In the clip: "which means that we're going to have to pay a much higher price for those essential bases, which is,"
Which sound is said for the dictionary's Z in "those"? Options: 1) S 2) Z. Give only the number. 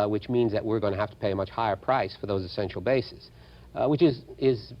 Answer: 2